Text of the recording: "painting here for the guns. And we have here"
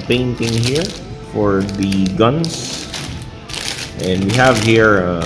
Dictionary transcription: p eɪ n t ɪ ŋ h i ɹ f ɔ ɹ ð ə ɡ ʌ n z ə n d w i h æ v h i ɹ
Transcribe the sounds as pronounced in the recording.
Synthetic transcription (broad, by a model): p eɪ n t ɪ ŋ h i ɹ f ɔ ɹ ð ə ɡ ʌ n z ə n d w i h æ v h i ɹ